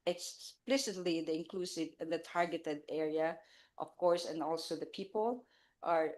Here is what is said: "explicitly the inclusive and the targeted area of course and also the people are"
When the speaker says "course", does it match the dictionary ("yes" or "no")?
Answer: yes